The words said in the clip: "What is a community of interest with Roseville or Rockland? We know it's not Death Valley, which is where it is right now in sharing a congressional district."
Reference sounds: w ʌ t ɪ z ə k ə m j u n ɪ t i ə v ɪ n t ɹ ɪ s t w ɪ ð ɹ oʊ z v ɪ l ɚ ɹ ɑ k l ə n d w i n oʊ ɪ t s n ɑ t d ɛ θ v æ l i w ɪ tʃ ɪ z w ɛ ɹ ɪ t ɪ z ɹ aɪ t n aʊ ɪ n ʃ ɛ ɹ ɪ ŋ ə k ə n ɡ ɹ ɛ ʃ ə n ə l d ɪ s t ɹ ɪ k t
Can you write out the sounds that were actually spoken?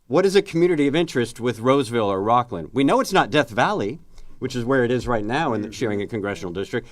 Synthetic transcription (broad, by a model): w ʌ t ɪ z ə k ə m j u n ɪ t i ə v ɪ n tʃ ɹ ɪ s t w ɪ ð ɹ oʊ z v ɪ l ɚ ɹ ɑ k l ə n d w i n oʊ ɪ t s n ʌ t d ɛ θ v æ l i w ɪ tʃ ɪ z w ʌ ɹ ɪ t ɪ z ɹ aɪ t n aʊ ɪ n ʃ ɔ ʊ ɪ ŋ ə k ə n ɡ ɹ ɛ ʃ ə n l d ɪ s t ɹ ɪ k t